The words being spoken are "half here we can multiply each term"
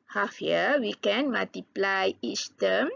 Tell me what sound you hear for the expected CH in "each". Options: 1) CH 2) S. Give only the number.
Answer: 2